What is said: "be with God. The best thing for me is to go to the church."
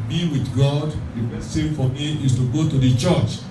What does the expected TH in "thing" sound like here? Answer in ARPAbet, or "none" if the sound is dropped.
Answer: S